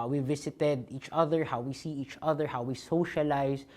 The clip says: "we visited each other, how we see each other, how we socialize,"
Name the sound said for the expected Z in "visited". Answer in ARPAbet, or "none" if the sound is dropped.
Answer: S